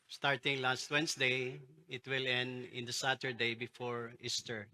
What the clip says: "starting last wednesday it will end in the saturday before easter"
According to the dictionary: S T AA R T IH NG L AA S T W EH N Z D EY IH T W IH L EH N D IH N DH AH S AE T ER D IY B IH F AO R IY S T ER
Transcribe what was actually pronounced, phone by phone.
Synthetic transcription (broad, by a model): S T AA R T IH NG L AA S T W EH N S D EY IH T W IH L EH N D IH N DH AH S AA T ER D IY B IH F AO R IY S T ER